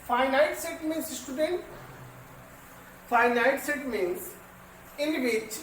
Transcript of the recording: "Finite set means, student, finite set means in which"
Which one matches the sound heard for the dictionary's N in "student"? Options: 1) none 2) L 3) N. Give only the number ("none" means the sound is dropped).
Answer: 3